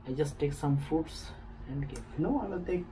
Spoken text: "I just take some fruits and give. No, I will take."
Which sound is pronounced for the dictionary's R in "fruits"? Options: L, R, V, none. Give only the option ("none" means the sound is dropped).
none